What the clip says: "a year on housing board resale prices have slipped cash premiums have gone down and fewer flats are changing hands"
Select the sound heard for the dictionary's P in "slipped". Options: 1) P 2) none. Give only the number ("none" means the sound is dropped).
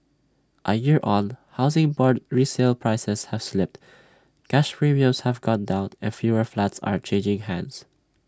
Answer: 1